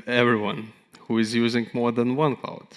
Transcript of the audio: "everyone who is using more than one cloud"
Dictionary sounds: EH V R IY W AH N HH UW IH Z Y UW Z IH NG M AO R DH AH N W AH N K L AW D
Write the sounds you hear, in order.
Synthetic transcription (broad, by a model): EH V R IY W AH N HH UW IH Z Y UW Z IH NG M AO R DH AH N W AH N K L AW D